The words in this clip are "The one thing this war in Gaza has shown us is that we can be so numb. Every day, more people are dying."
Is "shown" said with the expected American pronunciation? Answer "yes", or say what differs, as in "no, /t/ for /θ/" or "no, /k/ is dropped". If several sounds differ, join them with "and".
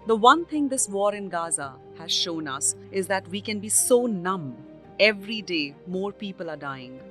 yes